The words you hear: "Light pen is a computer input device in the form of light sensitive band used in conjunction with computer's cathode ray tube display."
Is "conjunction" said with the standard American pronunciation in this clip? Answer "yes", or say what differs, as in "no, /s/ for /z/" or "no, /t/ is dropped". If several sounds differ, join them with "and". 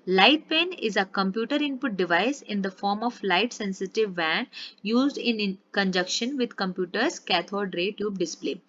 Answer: no, /ŋ/ is dropped